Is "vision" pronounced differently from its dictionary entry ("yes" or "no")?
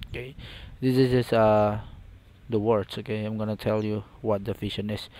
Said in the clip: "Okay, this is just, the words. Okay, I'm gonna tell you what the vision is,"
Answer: yes